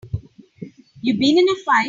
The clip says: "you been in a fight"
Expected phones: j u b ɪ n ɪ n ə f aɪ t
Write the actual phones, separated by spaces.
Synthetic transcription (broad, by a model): j u b ɪ n ɪ n ə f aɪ